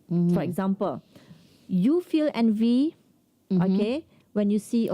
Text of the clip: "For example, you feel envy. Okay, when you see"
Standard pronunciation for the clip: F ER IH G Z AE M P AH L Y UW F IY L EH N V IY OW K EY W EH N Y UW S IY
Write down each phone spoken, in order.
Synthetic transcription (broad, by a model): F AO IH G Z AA M P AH L Y UW F IY L EH N V IY OW K EY W EH N Y UW S IY